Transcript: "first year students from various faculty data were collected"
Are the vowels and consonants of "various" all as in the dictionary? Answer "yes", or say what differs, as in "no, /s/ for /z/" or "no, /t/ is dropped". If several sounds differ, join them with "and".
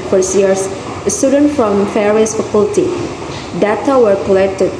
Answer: no, /f/ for /v/